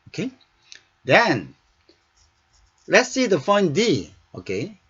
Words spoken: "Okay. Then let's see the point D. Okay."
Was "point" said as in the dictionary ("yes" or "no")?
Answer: no